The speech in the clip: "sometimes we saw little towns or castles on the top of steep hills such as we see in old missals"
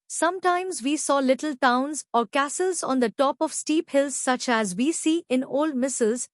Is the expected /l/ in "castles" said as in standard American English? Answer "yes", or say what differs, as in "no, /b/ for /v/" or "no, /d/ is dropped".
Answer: yes